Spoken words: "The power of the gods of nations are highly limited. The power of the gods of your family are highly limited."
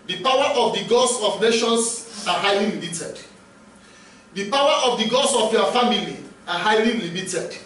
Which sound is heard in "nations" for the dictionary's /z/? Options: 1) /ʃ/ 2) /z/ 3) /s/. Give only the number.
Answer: 3